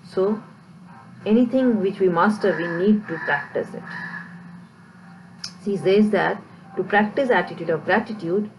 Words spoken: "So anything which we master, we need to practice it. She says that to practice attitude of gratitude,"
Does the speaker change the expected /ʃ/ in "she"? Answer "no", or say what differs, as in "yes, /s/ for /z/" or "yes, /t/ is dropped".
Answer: yes, /s/ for /ʃ/